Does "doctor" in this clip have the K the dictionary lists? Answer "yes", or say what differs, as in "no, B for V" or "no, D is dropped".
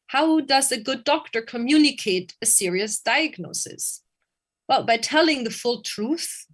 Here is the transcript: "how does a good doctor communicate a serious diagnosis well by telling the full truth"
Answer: yes